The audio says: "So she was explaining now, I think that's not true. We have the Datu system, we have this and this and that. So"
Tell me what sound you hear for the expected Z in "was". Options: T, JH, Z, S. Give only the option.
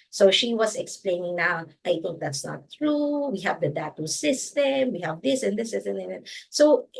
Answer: S